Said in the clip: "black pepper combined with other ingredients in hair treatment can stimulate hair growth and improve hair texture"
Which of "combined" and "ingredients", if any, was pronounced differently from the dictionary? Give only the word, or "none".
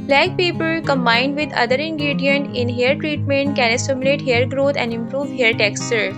ingredients